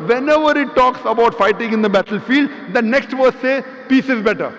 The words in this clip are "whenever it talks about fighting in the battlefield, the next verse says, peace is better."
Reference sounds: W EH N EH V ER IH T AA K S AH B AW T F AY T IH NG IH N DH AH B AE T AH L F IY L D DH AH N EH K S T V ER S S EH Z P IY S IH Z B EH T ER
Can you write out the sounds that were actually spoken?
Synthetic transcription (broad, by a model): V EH N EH V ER IH T AA K S AH B AW T F AY T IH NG IH N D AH B AE T AH L F IY L D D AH N EH K S T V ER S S EH P IY S IH Z B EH T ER